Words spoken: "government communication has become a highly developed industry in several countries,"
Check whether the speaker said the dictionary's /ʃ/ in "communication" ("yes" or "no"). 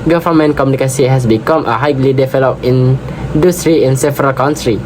no